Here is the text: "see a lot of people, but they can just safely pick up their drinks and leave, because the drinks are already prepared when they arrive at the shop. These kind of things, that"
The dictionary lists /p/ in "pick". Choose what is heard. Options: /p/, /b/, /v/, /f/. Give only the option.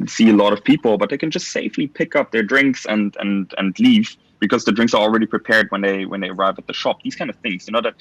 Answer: /p/